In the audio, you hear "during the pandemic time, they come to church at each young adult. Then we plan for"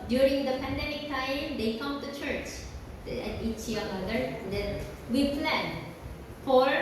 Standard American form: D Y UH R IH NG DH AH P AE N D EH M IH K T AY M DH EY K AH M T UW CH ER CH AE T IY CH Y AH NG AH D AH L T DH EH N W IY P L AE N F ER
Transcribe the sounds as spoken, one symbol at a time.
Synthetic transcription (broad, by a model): D Y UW R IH NG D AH P AE N D EH M IH K T AY M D EY K AH M T UW CH ER CH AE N IY CH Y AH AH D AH T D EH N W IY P L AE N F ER